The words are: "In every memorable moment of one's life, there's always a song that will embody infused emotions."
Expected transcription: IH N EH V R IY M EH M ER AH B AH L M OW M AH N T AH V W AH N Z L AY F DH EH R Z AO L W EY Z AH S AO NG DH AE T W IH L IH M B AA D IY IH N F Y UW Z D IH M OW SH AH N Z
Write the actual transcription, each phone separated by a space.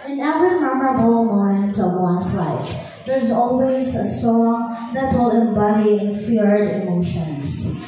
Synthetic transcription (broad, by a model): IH N EH V R IY M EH M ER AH B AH L M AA AH N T AH V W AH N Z L AY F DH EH R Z AO L W EY Z AH S AO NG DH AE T W IH L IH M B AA D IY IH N F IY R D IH M OW SH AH N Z